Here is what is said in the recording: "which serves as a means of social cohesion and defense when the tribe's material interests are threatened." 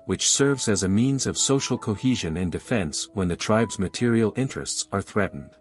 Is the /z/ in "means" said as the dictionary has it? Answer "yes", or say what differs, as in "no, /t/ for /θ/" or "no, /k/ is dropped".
yes